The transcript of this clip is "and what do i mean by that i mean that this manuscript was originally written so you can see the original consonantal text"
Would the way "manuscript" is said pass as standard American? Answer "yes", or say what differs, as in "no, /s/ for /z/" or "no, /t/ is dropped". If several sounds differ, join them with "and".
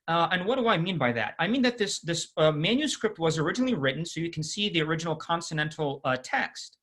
yes